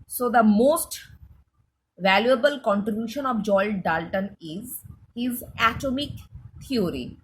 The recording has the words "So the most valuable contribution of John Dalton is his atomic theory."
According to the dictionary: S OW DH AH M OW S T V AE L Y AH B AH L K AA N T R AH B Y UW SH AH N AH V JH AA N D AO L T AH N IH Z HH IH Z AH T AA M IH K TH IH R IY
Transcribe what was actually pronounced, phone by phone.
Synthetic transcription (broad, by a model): S OW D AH M OW S T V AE L Y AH B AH L K AA N T R AH B Y UW SH AH N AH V JH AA L D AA L T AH N IH Z HH IH Z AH T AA M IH K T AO R IY